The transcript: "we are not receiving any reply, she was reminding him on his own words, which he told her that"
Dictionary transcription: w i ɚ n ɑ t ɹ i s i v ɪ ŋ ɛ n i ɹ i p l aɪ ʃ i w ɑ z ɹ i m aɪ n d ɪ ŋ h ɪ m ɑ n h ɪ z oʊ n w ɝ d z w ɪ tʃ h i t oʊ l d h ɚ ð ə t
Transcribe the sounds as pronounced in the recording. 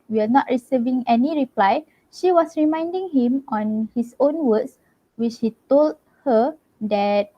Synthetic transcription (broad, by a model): w i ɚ n ɑ t ɹ i s i v ɪ ŋ ɛ n i ɹ i p l aɪ ʃ i w ɑ s ɹ i m aɪ n d ɪ ŋ h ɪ m ɑ n h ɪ s oʊ n w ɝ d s w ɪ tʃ h i t oʊ l d h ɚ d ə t